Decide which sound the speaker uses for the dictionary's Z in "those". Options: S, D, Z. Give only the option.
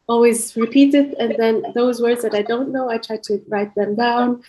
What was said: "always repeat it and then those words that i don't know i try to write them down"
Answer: Z